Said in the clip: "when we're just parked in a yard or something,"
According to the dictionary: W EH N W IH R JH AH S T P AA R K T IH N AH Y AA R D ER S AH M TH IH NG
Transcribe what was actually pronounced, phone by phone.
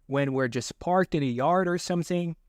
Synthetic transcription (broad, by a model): W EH N W IH R JH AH S P AA R K T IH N AH Y AA R D ER S AH M TH IH NG